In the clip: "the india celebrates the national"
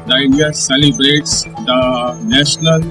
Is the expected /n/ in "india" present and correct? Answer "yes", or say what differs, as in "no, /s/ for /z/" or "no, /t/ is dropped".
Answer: no, /n/ is dropped